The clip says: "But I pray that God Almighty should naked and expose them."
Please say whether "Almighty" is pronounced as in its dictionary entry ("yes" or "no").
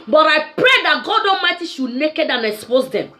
no